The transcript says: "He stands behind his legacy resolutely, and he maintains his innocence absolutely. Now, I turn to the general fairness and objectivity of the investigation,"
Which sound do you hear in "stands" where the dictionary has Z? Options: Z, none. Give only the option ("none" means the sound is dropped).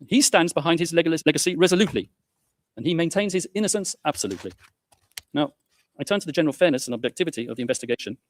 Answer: Z